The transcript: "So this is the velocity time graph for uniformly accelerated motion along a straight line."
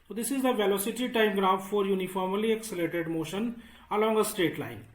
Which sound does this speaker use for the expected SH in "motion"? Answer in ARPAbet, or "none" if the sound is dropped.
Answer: SH